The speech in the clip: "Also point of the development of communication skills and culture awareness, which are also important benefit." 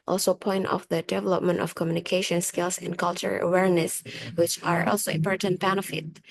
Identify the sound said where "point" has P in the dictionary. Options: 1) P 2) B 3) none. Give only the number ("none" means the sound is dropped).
1